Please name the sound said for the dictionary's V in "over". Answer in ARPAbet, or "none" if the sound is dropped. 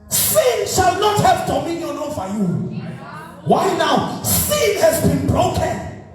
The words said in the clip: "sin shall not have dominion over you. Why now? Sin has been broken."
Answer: F